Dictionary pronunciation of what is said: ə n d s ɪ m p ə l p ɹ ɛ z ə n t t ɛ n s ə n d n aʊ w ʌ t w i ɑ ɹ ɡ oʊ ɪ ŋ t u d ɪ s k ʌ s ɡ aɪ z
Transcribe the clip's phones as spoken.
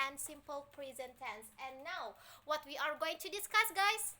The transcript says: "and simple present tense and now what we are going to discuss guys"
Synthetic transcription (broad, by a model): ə n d s ɪ m p ə l p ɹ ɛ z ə n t t ɛ n s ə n n aʊ w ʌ t w i ɑ ɹ ɡ oʊ ɪ ŋ t u d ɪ s k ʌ s ɡ aɪ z